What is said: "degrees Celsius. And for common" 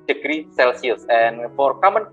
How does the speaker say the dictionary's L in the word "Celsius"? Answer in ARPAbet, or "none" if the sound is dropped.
L